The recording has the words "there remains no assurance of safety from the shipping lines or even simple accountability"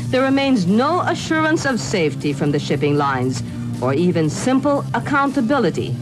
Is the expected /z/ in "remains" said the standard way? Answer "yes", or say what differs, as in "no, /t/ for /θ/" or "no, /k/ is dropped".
yes